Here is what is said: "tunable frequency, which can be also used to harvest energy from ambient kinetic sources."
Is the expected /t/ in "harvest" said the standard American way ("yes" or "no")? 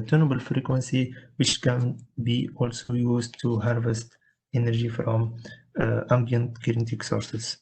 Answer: yes